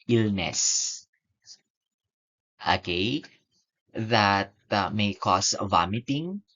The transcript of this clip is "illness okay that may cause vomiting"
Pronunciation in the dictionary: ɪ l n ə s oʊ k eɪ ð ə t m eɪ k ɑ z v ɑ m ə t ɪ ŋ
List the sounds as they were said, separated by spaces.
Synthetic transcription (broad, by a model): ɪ l n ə s oʊ k eɪ ð ə t m eɪ k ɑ s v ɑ m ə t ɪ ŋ